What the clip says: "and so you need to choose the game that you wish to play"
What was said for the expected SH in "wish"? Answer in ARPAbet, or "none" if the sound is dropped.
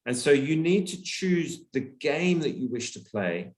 SH